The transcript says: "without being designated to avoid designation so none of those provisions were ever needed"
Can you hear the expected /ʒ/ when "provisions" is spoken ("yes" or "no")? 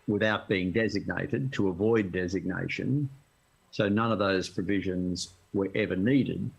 yes